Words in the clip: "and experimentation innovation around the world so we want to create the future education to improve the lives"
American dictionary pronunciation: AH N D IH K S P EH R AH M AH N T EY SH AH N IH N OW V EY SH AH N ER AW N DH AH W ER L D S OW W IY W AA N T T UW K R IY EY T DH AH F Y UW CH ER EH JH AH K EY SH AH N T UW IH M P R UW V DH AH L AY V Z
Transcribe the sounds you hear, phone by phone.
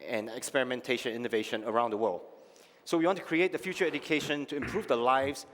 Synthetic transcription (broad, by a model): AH N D IH K S P EH R AH M AH N T EY SH AH N IH N OW V EY SH AH N ER AW N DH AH W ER L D S OW W IY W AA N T T UW K R IY EY T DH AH F Y UW CH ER EH JH AH K EY SH AH N T UW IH M P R UW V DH AH L AY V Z